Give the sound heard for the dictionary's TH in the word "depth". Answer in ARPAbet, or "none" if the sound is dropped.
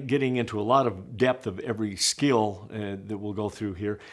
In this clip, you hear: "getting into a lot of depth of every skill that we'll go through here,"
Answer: TH